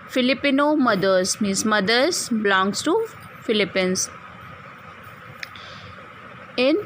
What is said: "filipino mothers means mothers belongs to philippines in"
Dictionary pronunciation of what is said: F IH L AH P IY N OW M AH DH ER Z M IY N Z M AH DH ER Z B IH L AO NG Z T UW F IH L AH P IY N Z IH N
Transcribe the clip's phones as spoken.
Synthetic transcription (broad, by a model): F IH L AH P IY N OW M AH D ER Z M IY Z M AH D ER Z B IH L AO NG S T UW F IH L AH P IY N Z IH N